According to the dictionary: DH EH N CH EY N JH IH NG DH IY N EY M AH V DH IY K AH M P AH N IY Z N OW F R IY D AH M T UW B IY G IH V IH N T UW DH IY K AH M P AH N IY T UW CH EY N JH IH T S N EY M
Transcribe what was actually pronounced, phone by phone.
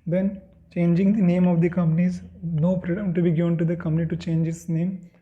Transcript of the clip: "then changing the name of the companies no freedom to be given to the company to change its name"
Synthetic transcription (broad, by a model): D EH N CH EY N JH IH NG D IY N EY M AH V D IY K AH M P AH N IY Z N OW P R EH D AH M T UW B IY G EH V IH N T UW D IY K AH M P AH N IY T UW CH EY N JH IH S N EY M